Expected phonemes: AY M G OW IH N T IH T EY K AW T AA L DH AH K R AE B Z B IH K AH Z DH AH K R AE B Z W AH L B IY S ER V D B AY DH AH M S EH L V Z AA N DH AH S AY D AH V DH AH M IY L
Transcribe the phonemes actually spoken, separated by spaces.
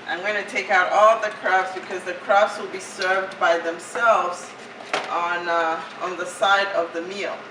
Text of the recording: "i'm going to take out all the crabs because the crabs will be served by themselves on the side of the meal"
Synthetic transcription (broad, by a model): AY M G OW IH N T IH T EY K AW T AA L DH AH K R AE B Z B IH K AH Z DH AH K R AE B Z W AH L B IY S ER V D B AY DH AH M S EH L V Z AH N DH AH S AY D AH V DH AH M IY L